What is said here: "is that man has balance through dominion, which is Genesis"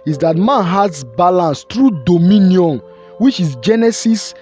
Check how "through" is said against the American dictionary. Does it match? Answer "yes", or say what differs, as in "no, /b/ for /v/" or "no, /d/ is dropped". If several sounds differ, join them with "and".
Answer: no, /t/ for /θ/